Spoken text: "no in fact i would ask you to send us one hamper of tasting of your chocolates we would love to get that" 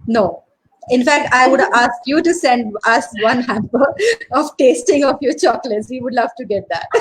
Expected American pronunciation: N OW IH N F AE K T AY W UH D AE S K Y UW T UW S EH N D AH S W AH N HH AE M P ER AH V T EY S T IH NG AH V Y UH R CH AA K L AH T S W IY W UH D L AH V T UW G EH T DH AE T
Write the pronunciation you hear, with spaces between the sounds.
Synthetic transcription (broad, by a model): N OW IH N F AE K T AY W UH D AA S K Y UW T UW S EH N D AH S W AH N HH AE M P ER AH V T EY S T IH NG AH F Y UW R CH AA K L AH T S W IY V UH D L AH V T UW G EH T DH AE T